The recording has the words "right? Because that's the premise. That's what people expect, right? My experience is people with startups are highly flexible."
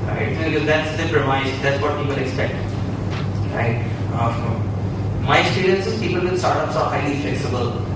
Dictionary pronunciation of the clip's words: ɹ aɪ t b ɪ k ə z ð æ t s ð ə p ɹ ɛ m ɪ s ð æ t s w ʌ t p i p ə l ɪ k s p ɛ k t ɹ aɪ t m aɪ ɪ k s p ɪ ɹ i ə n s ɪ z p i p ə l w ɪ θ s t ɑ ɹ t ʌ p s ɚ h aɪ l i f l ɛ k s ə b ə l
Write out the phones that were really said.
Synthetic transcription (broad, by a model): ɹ aɪ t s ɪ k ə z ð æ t s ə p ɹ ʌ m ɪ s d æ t s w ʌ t p i p ə l ɪ k s p ɛ k t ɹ aɪ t m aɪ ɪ s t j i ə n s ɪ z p i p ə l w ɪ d s t ɑ ɹ t ʌ p s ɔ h aɪ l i f l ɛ k s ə b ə l